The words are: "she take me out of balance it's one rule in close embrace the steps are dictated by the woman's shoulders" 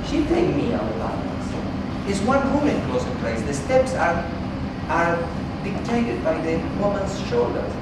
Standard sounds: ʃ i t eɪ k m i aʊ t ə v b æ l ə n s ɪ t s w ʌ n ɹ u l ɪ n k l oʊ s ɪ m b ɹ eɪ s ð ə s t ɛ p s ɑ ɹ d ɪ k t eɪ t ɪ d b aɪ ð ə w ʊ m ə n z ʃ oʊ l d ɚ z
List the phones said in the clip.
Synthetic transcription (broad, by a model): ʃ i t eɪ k m i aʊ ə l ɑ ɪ ə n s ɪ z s w ʌ n w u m ɪ n k l oʊ s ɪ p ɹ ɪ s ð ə s t ɛ p s ɑ ɹ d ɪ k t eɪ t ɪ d b aɪ ð ə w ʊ m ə n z ʃ oʊ l d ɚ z